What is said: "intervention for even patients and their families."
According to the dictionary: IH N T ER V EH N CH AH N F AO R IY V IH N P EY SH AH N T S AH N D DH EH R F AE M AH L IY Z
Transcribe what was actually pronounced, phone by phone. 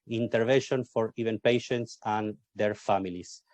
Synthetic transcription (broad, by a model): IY N T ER V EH N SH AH N F AO R IY V IH N P EY SH AH N T S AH N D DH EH R F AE M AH L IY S